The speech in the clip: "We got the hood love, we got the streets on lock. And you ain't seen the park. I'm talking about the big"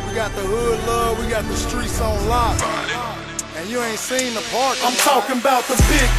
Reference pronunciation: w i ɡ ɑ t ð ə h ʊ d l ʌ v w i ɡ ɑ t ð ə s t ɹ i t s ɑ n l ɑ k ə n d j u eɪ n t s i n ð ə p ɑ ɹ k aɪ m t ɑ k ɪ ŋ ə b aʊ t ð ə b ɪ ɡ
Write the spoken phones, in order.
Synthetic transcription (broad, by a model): w i ɡ ɑ t ð ə h ʊ d l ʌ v w i ɡ ɑ t ð ə s t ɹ i t s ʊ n l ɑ ə n j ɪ eɪ n t s i n ð ə p ɑ ɹ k aɪ m t ɑ k ɪ ŋ ə b aʊ t ð ə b ɪ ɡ